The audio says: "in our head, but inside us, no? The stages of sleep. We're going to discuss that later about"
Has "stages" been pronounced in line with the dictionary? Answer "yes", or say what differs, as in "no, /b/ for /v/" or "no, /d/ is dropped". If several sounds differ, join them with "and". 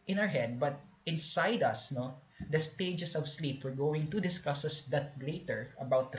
no, /s/ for /z/